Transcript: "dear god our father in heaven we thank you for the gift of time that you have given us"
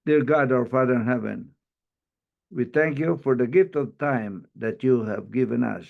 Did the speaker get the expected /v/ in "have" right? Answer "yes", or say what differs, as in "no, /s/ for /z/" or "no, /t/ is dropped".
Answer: yes